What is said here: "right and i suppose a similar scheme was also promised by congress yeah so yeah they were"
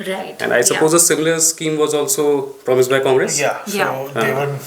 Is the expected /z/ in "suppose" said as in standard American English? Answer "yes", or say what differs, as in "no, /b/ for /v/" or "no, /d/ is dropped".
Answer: yes